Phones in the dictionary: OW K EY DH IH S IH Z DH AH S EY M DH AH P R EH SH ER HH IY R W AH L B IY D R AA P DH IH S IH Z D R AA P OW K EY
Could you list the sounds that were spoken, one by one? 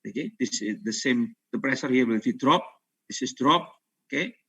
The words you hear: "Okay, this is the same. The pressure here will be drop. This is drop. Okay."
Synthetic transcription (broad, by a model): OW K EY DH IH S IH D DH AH S EY M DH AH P R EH S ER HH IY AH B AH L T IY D R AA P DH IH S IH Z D R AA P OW K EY